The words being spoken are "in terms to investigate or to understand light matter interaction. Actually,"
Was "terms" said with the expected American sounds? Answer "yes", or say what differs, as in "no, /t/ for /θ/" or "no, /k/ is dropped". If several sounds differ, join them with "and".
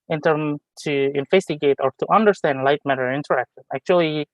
no, /z/ is dropped